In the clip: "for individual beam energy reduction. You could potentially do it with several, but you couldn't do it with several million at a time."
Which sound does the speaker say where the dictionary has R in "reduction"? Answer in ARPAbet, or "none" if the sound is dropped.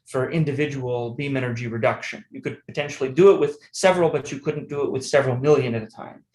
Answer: R